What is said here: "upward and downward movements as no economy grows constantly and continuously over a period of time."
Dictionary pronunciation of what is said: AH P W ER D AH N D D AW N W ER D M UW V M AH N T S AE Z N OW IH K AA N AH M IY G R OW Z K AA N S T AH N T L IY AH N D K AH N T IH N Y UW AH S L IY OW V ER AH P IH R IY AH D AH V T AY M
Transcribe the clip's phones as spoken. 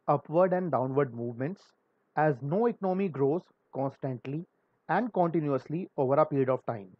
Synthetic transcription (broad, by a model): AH P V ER D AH N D D AW N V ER D M UW V M AH N T S AE Z N OW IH K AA N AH M IY G R OW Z K AA N S T AH N T L IY AH N D K AH N T IH N Y UW AH S L IY OW V ER AH P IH R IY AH D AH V T AY M